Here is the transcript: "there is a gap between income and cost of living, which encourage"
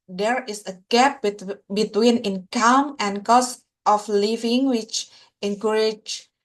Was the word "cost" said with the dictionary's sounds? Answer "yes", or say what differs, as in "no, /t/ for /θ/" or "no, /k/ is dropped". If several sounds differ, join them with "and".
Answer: yes